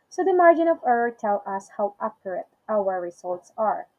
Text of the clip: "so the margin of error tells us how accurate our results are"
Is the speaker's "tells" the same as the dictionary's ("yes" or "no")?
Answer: no